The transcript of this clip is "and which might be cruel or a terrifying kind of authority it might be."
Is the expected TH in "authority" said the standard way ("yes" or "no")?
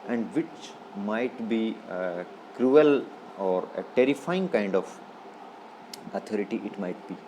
no